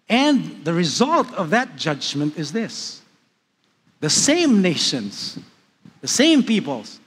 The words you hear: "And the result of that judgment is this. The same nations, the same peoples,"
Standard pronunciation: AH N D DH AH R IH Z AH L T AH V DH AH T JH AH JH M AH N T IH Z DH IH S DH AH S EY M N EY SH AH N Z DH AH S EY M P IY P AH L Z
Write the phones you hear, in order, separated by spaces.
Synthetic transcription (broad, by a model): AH N DH AH R IH Z AH L T AH V DH AH T JH AH JH M AH N T IH Z DH IH S DH AH S EY M N EY SH AH N Z DH AH S EY M P IY P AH L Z